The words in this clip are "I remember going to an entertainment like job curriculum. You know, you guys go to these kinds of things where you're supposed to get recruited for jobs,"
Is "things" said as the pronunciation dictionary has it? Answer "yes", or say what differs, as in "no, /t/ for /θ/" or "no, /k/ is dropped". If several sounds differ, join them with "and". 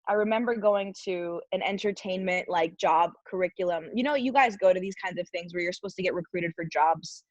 yes